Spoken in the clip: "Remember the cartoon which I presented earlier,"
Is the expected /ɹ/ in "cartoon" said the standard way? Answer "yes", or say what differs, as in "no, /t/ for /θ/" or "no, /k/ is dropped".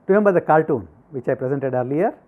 no, /l/ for /ɹ/